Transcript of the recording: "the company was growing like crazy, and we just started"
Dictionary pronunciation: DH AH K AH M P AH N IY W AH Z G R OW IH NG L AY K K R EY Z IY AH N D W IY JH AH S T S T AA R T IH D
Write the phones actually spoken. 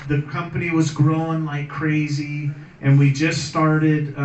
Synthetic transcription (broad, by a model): DH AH K AH M P AH N IY W AH Z G R OW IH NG L AY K K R EY Z IY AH N W IY JH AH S S T AA R T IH D